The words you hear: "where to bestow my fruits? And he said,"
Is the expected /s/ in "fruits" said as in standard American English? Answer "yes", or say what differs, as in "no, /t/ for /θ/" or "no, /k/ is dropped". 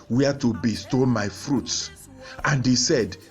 yes